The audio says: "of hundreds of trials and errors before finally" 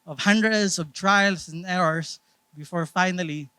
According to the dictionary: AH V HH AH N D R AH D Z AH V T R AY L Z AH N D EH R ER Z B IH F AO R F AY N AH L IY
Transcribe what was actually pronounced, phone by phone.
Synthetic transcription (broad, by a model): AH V HH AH N D R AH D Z AH V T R AY L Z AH N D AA W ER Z B IH F AO R F AY N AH L IY